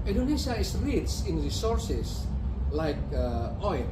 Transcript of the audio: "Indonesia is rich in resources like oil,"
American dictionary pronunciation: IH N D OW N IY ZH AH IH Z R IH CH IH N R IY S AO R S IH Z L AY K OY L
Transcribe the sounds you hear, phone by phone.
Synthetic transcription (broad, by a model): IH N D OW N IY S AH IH S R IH S IH N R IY S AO R S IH S L AY K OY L